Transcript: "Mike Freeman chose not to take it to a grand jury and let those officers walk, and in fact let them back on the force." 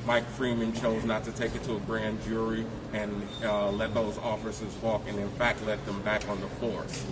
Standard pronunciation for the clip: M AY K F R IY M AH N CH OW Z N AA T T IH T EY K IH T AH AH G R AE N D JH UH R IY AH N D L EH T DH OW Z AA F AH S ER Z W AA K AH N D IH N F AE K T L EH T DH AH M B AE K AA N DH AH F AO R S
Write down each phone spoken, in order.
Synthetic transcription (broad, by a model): M AY K F R IY M AH N CH OW Z N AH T T IH T EY K IH T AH AH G R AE N JH UH R IY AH N L EH T DH OW Z AA F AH S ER Z W AA K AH N IH N F AE K T L EH T DH AH M B AE K N DH AH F AO R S